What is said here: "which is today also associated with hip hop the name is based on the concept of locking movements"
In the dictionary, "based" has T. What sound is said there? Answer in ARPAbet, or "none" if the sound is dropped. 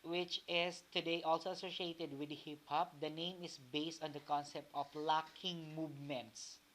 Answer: T